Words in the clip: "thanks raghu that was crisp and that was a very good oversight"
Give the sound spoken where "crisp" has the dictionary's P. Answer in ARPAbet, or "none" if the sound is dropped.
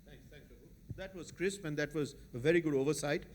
P